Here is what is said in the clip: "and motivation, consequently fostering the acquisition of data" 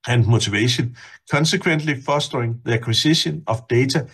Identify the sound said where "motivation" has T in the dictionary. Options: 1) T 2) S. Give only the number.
2